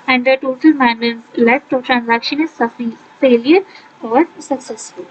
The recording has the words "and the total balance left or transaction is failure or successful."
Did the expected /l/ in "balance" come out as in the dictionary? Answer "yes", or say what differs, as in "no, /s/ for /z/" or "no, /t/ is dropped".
no, /n/ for /l/